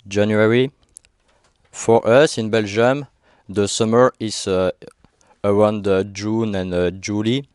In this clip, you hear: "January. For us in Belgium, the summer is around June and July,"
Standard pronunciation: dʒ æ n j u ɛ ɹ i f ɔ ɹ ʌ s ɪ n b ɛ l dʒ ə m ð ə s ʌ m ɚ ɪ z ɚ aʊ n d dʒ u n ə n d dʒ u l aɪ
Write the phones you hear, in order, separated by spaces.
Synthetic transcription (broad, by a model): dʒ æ n j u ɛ ɹ i f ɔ ɹ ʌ s ɪ n b ɛ l dʒ ə m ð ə s ʌ m ɚ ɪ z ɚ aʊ n d dʒ u n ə n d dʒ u l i